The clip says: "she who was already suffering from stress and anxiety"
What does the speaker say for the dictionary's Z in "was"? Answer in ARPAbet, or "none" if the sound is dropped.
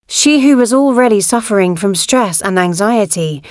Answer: Z